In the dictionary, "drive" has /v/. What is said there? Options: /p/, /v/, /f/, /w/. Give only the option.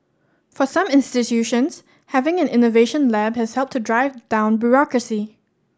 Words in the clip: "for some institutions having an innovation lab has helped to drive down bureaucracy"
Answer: /v/